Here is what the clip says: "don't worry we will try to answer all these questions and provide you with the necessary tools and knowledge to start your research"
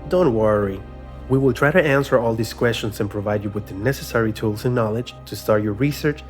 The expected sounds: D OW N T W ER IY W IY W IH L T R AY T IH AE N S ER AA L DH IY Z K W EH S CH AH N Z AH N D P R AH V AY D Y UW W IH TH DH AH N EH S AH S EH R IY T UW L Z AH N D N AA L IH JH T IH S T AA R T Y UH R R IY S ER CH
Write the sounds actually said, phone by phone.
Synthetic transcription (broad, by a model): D OW N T W ER IY W IY W IH L T R AY T IH AE N S ER AA L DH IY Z K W EH S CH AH N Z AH N P R AH V AY D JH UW W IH DH AH N EH S AH S EH R IY T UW L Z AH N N AA L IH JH T IH S T AA R T Y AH R R IY S ER CH